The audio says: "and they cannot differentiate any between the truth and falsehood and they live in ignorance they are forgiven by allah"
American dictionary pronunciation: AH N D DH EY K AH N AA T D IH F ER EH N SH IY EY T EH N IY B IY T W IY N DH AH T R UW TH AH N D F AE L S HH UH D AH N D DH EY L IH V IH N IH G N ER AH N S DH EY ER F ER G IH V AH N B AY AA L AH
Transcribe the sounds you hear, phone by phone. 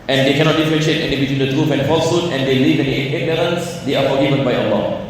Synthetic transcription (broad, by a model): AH N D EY K AH N AA T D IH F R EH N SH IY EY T EH N IY B IY T W IY N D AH T R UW F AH N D F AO L S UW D AH N D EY L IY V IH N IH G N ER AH N S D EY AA F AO G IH V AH N B AY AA L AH